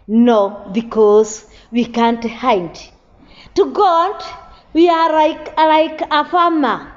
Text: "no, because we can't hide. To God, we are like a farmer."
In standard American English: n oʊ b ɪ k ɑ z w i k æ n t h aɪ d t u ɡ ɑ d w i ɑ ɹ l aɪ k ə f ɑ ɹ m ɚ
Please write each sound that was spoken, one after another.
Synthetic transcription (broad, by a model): n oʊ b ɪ k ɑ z w i k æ n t h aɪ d t u ɡ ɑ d w i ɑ l l aɪ k ə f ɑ m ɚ